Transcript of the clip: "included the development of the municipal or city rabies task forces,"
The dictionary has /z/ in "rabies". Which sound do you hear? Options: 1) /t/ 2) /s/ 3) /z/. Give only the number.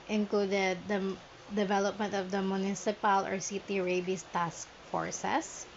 2